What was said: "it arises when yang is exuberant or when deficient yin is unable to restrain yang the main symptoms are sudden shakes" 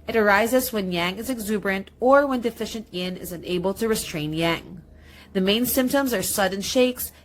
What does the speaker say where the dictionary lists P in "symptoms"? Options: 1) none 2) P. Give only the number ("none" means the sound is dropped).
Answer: 2